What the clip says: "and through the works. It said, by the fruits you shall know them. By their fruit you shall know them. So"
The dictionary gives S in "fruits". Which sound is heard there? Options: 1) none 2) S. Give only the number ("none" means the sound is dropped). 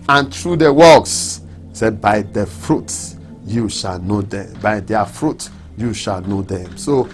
1